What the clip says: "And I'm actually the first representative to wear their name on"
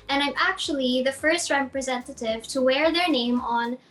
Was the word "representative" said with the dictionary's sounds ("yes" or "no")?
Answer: yes